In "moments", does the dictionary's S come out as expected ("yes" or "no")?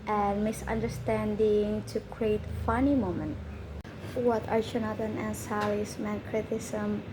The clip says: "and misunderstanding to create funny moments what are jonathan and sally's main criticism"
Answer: no